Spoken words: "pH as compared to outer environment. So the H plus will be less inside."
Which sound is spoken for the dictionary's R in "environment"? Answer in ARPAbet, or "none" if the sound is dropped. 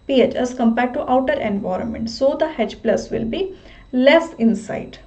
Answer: R